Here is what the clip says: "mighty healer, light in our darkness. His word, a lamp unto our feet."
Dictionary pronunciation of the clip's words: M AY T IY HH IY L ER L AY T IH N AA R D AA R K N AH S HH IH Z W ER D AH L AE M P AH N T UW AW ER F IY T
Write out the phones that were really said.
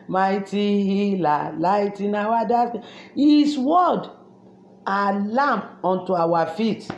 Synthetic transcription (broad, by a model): M AY T IY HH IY L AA L AY T IH N AA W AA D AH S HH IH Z W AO D AH L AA M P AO N T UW AW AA F IY T